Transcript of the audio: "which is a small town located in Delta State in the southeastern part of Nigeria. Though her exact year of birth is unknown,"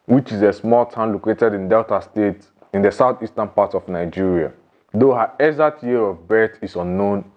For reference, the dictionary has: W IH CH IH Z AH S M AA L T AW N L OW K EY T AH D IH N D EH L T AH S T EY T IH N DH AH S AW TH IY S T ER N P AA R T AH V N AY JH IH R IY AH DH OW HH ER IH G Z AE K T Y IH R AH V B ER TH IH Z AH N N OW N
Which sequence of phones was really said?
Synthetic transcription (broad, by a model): W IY CH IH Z AH S M AA L T AW N L OW K EY T AH D IH N D EH L T AH S T EY T IH N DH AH S AW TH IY S T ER N P AA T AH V N AY JH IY R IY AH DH OW HH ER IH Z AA T Y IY R AH V B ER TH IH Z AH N N OW N